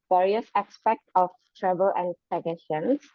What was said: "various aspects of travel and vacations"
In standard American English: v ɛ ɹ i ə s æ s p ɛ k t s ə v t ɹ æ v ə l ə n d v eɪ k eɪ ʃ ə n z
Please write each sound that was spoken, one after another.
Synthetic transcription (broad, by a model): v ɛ ɹ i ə s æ s p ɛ k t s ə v t ɹ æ b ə l ə n d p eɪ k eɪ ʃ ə n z